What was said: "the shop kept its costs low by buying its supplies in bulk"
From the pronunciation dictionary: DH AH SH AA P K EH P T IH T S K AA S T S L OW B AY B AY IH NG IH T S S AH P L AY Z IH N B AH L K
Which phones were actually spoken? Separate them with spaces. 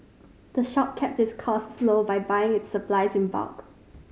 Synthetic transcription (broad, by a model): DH AH SH AA P K EH P T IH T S K AA S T S L OW B AY B AY IH NG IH T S S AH P L AY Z IH N B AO K